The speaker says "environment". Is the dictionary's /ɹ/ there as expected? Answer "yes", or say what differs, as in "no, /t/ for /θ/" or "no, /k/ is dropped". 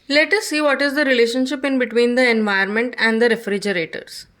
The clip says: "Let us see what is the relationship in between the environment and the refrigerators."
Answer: no, /ɹ/ is dropped